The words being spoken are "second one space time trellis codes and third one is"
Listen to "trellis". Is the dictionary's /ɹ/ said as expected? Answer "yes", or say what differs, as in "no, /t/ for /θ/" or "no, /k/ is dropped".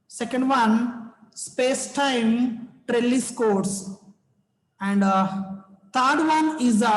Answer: yes